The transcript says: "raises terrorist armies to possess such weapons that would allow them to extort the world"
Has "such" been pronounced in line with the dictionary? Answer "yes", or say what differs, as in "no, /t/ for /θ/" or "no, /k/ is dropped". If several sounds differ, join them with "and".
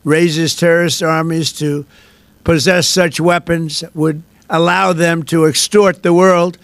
yes